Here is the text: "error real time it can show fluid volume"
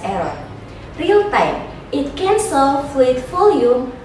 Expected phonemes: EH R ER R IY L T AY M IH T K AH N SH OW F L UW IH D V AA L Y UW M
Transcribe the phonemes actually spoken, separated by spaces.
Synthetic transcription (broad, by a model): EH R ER R IY L T AY M IH T K AH N S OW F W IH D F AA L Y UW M